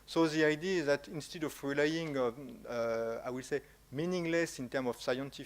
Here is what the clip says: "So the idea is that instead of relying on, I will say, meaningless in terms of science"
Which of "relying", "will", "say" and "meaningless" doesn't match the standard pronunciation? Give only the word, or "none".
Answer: none